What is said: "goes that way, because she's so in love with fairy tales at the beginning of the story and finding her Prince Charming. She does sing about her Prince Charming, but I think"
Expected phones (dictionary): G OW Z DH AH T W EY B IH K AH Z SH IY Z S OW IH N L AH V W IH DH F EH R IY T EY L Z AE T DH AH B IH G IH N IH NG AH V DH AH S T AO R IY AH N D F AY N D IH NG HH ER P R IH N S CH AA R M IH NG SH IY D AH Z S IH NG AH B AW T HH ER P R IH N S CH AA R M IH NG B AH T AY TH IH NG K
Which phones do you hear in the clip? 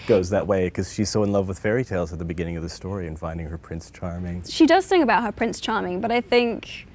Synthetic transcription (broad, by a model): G OW Z DH AH T W EY IH K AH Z SH IY Z S OW IH N L AH V W IH DH F EH R IY T EY L Z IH T DH AH B IH G IH N IH NG AH V DH AH S T AO R IY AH N F AY N D IH NG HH ER P R IH N S CH AA R M IH NG SH IY D AH Z TH IH NG AH B AW T HH ER P R IH N S CH AA R M IH NG B AH T AY TH IH NG K